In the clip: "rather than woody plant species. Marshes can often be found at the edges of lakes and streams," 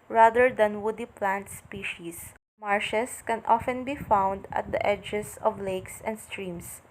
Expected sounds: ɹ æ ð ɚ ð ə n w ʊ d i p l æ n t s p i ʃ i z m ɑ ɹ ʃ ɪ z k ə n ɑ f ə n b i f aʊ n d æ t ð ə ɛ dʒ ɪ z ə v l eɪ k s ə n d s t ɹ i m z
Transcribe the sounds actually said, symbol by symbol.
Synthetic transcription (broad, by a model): ɹ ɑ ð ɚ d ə n w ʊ d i p l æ n t s p i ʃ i s m ɑ ɹ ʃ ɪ s k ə n ɑ f ə n b i f aʊ n d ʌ t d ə ɛ dʒ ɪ s ə v l eɪ k s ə n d s t ɹ i m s